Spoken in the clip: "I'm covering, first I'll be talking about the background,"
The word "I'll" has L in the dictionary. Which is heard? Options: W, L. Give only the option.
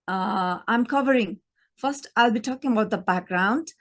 L